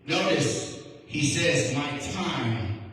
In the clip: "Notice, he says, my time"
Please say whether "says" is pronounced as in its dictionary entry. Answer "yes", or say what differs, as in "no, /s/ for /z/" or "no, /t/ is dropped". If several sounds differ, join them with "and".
yes